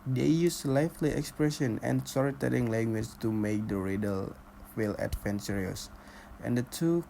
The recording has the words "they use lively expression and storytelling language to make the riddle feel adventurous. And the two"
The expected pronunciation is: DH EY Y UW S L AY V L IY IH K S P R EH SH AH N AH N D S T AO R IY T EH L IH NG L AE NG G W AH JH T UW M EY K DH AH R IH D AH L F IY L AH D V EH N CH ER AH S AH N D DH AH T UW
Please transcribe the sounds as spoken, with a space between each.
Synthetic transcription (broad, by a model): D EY Y UW S L AY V L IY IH K S P R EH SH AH N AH N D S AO R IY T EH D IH NG L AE NG G W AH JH T UW M EY K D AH R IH D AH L F IY L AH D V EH N S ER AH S AH N D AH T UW